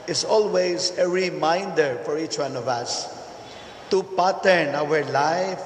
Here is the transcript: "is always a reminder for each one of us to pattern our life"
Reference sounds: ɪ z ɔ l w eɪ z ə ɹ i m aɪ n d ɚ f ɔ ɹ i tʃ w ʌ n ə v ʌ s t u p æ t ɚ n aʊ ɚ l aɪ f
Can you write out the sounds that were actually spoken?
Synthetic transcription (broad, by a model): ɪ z ɔ l w eɪ z ə ɹ i m aɪ n d ɚ f ɔ ɹ i tʃ w ʌ n ə v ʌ s t u p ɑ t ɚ n aʊ ɚ l aɪ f